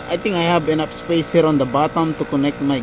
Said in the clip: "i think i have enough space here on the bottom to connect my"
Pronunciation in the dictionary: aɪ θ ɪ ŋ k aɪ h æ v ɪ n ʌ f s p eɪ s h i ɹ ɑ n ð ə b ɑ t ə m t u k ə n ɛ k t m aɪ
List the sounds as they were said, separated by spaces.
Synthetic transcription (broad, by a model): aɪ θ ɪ ŋ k aɪ h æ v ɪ n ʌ p s p eɪ s h i ɹ ɑ n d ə b ɑ t ə m t u k ə n ɛ k t m aɪ